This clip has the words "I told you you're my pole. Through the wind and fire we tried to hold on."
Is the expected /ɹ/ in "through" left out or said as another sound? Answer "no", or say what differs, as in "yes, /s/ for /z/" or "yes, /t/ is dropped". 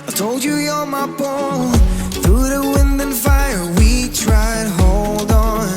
no